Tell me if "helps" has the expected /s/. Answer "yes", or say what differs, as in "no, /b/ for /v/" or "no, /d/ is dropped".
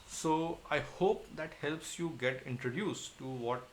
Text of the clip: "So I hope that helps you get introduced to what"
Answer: yes